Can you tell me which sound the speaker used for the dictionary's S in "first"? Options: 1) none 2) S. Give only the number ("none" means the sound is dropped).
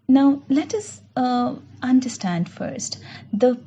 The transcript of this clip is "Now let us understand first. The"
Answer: 2